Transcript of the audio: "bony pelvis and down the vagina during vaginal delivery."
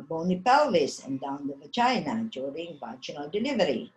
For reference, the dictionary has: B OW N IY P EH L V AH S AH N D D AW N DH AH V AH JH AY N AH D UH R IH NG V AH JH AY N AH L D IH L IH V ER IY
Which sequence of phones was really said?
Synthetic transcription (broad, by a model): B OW N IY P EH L AH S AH N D D AW N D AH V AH CH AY N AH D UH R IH NG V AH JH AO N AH L D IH L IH V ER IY